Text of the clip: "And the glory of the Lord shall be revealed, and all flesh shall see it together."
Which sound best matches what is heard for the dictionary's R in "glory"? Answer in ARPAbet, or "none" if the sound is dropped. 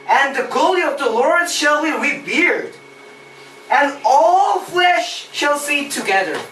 L